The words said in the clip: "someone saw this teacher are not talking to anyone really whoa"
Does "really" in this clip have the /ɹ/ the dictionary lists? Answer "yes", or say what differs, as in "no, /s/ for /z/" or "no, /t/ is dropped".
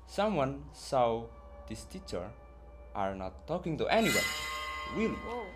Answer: no, /w/ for /ɹ/